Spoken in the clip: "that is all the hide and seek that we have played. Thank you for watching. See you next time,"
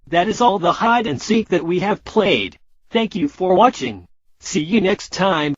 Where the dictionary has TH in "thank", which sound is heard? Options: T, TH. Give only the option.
TH